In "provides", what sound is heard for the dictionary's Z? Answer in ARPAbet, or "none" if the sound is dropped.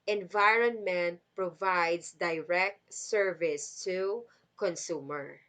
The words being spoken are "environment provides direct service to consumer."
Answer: S